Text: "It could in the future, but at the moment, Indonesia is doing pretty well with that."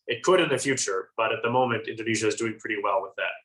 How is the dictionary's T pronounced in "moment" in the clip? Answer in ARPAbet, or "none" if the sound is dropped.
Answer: T